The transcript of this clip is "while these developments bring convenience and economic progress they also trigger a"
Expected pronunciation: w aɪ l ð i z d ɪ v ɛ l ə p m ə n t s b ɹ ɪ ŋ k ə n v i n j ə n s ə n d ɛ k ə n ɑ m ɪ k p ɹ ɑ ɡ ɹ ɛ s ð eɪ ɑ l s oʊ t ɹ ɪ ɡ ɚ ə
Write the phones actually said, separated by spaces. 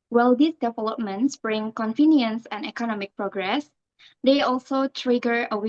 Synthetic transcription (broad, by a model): w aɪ l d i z d ɪ v ɛ l ə p m ə n t s b ɹ ɪ ŋ k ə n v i n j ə n s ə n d ɛ k ə n ɑ m ɪ k p ɹ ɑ ɡ ɹ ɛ s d eɪ ɑ l s oʊ t ɹ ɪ ɡ ɚ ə